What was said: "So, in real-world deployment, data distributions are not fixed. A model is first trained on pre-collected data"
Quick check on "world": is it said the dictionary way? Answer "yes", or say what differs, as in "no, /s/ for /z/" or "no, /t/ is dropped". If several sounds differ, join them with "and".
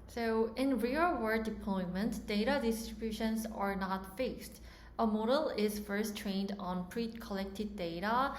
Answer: no, /l/ is dropped